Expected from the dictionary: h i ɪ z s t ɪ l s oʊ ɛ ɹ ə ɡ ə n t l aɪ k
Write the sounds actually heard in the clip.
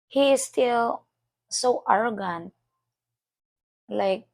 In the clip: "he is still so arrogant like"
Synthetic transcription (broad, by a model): h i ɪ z s t ɪ l s oʊ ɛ ɹ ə ɡ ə n l aɪ k